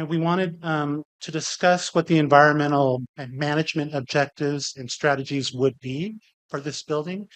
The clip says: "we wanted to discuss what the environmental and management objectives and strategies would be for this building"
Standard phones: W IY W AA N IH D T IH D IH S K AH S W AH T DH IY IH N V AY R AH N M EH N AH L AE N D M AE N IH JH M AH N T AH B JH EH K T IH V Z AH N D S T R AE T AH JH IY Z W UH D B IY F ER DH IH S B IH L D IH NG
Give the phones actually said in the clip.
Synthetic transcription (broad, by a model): W IY W AA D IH D T IH D IH S K AH S W AH T DH IY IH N V AY R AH N M EH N L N M AE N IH JH M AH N T AH B JH EH K T IH V Z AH N S T R AE T AH JH IY Z W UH D B IY F ER DH IH S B IH L D IH NG